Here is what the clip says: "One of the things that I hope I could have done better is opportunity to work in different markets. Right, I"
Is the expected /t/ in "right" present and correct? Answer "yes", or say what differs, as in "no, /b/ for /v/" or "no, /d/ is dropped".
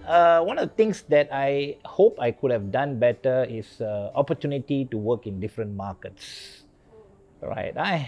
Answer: yes